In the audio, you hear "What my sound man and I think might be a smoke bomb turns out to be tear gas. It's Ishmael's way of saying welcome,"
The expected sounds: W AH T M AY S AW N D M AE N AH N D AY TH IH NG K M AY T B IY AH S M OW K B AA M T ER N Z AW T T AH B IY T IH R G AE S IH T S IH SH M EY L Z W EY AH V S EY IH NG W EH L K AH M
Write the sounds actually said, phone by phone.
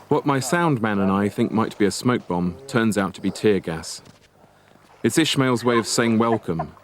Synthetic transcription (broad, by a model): W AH T M AY S AW N D M AE N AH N AY TH IH NG K M AY T B IY AH S M OW K B AA M T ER N Z AW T T AH B IY T IH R G AE S IH T S IH SH M EY L Z W EY AH V S EY IH NG W EH L K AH M